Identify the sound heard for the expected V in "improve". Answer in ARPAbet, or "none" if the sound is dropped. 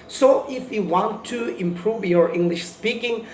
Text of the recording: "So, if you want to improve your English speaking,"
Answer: V